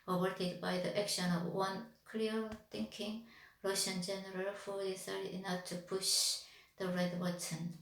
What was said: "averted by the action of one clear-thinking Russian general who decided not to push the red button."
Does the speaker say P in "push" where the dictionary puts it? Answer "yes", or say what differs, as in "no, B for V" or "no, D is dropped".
yes